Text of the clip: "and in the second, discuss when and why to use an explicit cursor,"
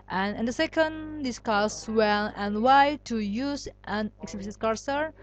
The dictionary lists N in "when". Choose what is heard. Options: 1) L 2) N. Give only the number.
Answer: 1